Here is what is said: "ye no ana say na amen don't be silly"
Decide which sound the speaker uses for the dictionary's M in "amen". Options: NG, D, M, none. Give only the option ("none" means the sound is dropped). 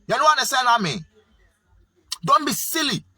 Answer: M